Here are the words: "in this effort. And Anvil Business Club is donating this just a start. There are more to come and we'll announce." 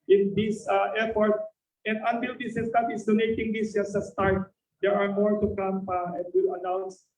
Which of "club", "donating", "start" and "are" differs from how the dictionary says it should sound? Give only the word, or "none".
club